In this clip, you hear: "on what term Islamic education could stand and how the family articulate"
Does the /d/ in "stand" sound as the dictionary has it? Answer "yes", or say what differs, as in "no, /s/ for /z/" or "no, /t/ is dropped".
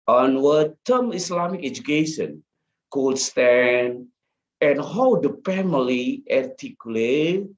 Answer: no, /d/ is dropped